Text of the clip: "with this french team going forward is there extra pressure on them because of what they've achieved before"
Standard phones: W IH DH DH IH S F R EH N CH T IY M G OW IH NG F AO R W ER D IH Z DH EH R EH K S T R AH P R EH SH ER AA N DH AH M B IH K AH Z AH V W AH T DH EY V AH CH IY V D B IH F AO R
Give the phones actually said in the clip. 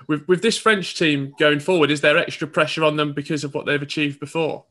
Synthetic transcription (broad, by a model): W IH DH DH IH S F R EH N CH T IY M G OW IH NG F AO W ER D IH Z DH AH R EH K S T R AH P R EH SH ER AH N DH AH M B IH K AH Z AH V W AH T DH EY V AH CH IY V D B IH F AO